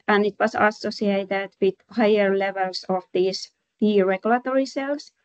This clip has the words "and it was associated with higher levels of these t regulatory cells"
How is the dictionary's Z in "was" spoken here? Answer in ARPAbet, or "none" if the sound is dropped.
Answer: S